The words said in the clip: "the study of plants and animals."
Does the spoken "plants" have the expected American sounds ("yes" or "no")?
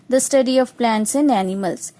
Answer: yes